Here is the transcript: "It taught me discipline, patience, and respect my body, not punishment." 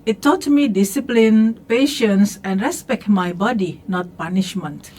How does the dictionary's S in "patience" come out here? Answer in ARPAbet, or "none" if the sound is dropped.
S